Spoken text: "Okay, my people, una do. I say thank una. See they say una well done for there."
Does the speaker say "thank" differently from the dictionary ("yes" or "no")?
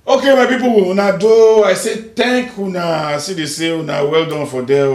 yes